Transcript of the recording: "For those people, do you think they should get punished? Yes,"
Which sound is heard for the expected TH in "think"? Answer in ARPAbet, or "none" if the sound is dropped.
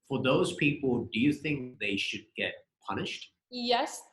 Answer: TH